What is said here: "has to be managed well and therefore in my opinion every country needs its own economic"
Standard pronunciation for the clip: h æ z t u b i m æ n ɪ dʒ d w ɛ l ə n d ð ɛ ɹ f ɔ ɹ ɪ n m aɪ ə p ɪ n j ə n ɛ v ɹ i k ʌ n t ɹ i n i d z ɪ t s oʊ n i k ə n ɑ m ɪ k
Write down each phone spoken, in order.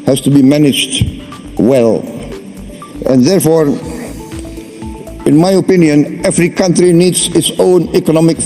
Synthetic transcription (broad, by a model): h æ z t u b i m æ n ɪ dʒ d w ɛ l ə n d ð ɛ ɹ f ɔ ɹ ɪ n m aɪ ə p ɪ n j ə n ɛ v ɹ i k ʌ n t ɹ i n i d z ɪ t s oʊ n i k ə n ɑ m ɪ k